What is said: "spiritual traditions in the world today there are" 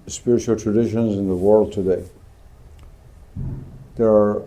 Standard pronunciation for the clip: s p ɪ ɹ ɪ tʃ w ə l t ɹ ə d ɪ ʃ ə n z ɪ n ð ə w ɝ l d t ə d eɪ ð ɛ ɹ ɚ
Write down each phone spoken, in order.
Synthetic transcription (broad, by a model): s p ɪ ɹ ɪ tʃ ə l t ɹ ə d ɪ ʃ ə n z ɪ n ð ə w ɝ l d t ə d eɪ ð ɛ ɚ